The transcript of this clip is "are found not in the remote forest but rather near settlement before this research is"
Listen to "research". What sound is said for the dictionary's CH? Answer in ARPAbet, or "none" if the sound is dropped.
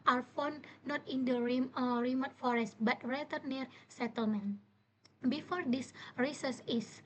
S